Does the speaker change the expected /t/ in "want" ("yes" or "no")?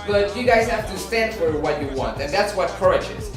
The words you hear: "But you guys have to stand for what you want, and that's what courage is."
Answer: no